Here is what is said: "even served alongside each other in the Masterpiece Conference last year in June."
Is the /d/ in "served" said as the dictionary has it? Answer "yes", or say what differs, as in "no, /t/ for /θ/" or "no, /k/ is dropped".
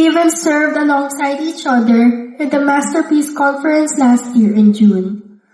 yes